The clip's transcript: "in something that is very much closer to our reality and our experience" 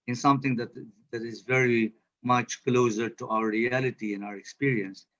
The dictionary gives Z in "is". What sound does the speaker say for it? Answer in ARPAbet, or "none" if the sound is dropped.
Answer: Z